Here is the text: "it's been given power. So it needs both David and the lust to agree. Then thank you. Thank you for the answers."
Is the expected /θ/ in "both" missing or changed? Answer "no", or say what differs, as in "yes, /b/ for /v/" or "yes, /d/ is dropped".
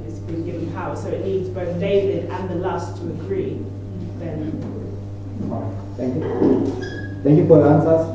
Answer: no